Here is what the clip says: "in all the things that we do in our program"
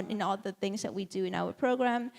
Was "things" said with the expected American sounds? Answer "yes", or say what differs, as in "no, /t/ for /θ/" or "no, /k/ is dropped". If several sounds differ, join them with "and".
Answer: yes